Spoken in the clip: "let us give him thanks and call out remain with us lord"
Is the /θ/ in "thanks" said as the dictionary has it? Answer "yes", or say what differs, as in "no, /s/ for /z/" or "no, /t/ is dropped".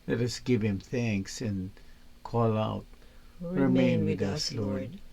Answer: yes